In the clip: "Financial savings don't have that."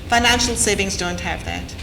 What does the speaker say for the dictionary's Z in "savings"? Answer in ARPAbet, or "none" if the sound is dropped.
Z